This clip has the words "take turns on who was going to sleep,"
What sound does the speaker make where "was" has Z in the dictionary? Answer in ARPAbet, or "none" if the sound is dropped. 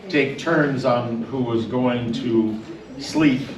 Z